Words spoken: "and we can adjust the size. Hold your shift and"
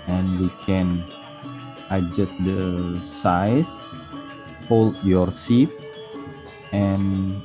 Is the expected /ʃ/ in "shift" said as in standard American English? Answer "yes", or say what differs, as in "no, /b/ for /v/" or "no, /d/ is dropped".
no, /s/ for /ʃ/